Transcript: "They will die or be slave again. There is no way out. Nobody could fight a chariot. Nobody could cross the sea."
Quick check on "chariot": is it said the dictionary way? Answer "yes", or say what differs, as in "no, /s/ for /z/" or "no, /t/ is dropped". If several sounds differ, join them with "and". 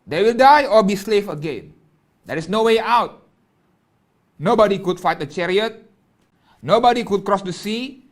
yes